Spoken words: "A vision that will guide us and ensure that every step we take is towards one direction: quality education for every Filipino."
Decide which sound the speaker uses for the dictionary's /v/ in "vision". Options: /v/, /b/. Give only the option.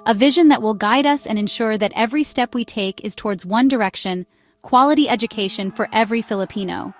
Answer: /v/